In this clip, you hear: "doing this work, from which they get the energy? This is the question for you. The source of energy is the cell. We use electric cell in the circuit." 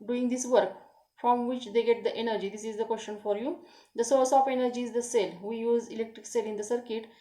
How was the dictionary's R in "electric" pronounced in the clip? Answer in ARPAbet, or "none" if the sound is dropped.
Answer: R